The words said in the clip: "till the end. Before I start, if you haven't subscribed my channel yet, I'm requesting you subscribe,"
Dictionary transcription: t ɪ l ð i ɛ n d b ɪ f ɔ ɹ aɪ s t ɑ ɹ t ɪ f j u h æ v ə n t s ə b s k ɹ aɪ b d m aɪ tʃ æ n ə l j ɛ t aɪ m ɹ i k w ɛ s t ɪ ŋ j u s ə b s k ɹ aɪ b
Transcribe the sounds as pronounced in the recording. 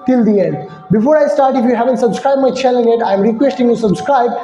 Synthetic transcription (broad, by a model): t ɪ l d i ɛ n d b ɪ f ɔ ɹ aɪ s t ɑ ɹ t ɪ f j u h æ v ə n t s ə b s k ɹ aɪ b m aɪ tʃ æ l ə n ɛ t aɪ m ɹ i k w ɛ s t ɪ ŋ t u s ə b s k ɹ aɪ b